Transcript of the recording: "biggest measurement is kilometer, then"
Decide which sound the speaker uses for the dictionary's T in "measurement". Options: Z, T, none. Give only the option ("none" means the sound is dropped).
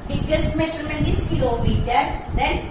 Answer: none